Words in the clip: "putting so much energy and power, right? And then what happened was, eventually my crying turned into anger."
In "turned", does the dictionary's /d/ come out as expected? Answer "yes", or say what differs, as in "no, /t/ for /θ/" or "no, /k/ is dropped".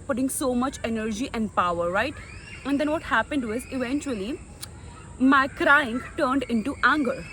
yes